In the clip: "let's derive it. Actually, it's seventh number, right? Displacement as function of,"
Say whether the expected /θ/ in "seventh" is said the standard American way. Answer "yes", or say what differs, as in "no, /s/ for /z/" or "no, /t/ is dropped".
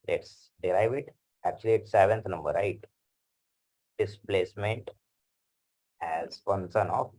no, /t/ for /θ/